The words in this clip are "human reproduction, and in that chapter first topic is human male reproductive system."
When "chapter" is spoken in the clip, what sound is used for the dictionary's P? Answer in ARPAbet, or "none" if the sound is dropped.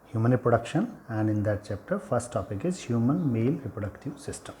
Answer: P